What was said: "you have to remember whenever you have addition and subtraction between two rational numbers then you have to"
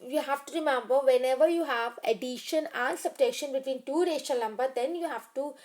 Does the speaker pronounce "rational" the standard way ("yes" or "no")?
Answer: no